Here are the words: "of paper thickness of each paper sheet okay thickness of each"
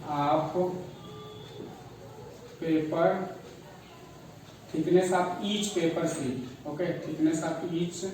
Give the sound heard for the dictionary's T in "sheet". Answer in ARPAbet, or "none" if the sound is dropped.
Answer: none